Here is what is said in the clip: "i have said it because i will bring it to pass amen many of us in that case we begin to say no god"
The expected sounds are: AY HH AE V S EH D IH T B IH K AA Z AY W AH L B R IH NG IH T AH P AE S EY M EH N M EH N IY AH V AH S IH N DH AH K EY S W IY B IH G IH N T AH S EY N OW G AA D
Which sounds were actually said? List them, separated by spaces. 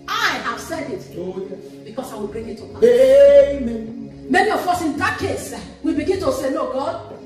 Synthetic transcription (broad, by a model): AY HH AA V S EH D IH T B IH K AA S AY W AH L B R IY NG IH T AH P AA EY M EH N M EH N IY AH F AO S IH N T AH K EY S W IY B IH G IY N T AH S EY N OW G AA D